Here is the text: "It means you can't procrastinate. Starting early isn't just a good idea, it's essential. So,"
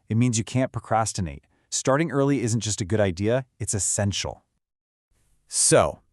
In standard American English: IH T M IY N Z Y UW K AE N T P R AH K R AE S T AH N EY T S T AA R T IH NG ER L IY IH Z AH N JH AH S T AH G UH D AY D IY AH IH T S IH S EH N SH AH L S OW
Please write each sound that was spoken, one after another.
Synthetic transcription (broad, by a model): IH T M IY N Z Y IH K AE N P R AH K R AE S T AH N EY T S T AA R T IH NG ER L IY IH Z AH N JH AH S T AH G UH D AY D IY AH IH T S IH S EH N SH L S OW